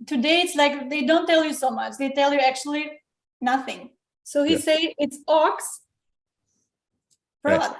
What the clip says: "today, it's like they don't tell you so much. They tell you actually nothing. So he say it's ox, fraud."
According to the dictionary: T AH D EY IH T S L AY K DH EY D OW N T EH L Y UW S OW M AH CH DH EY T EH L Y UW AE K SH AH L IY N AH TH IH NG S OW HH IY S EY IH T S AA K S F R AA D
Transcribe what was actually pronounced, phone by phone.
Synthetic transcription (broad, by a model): T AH D EY IH T S L AY K DH EY D OW N T EH L Y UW S OW M AH CH DH EY T EH L Y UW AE K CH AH L IY N AH TH IH NG S OW HH IY S EY IH T S AA K S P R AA